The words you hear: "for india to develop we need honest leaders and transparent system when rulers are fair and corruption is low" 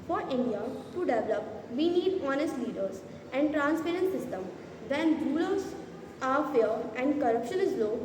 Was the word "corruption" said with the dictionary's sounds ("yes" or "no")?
yes